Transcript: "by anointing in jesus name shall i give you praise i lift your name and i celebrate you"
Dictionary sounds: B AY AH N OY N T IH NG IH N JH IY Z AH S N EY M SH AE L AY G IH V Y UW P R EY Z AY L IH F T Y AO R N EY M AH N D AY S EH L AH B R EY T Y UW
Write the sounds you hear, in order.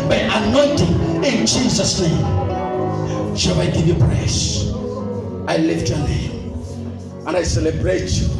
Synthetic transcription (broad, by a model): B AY AH N OY N T IH NG IH N JH IY Z AH S N EY M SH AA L AY G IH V Y UW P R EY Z AY L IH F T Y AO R N EY M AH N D AY S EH L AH B R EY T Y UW